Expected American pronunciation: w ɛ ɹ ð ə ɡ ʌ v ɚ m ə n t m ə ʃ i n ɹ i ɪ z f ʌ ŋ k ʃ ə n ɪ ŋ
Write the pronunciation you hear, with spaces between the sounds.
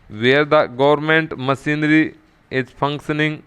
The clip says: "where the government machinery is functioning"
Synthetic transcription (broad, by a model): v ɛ ɹ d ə ɡ ʌ v ɚ m ə n t m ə s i n ɹ i ɪ z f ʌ ŋ k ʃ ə n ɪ ŋ